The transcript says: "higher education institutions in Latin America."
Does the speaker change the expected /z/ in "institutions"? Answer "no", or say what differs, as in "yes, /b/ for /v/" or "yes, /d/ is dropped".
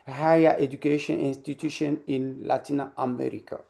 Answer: yes, /z/ is dropped